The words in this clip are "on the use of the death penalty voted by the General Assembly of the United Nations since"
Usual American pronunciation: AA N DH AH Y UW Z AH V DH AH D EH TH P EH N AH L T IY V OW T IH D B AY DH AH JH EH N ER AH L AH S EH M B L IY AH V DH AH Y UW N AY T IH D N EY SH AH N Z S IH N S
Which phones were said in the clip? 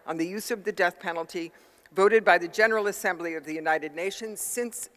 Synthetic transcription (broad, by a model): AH N DH AH Y UW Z AH V DH AH D EH TH P EH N L T IY V OW T IH D B AY DH AH JH EH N ER L AH S EH M B L IY AH V DH AH Y UW N AY T IH D N EY SH AH N Z S IH N S